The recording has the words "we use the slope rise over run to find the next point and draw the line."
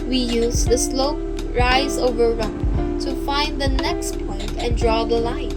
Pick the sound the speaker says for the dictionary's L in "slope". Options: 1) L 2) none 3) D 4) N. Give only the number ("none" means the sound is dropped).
1